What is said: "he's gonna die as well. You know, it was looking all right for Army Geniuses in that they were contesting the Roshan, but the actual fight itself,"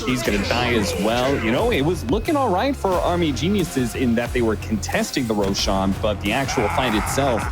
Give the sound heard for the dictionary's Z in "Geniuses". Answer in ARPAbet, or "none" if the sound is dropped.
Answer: Z